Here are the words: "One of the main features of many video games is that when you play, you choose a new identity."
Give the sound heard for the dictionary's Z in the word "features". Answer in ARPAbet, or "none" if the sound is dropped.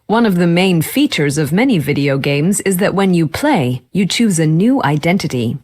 Z